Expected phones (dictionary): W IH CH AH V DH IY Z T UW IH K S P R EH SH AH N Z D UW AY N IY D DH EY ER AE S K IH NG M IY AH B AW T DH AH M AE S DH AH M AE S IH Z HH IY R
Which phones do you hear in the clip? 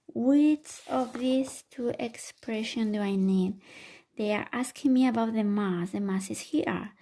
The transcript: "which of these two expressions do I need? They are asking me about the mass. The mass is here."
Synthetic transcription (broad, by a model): W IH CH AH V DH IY S T UW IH K S P R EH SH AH N D UW AY N IY D DH EY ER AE S K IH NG M IY AH B AW T DH AH M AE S DH AH M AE S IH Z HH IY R